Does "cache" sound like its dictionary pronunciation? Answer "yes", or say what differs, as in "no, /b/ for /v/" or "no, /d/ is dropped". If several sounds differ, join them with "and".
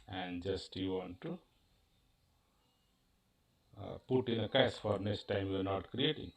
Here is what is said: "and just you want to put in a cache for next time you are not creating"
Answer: no, /s/ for /ʃ/